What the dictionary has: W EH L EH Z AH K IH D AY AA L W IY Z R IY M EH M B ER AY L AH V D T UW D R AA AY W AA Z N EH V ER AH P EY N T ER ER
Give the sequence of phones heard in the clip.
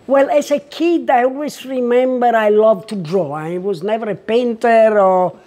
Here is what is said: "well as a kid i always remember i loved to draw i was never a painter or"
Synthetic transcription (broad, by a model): W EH L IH S AH K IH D AY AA L W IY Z R IY M EH M B ER AY L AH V T UW D R AA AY W AA Z N EH V ER AH P EY N T ER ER